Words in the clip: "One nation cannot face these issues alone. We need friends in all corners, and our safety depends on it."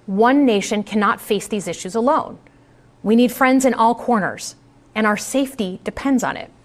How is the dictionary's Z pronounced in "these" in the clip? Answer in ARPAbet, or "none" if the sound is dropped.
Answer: Z